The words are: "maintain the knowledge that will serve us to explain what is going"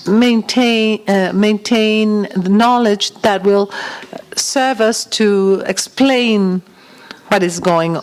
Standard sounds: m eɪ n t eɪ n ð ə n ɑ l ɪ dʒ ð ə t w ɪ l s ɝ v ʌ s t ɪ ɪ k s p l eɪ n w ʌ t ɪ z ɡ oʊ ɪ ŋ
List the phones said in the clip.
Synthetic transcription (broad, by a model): m eɪ n t eɪ n ð ə n ɑ l ɪ dʒ ð ə t w ɪ l s ɝ v ʌ s t ɪ ɪ k s p l eɪ n w ʌ t ɪ z ɡ oʊ ɪ ŋ